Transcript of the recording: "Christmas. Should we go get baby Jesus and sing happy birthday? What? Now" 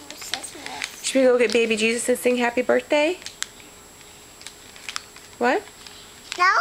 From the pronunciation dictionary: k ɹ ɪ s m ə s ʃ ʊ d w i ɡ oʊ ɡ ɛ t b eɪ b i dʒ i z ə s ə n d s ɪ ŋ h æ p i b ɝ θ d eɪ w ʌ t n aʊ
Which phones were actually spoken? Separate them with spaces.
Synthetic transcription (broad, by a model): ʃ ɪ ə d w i ɡ oʊ ɡ ɛ t b eɪ b i dʒ i z ə s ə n s ɪ ŋ h æ p i b ɝ θ d eɪ w ʌ t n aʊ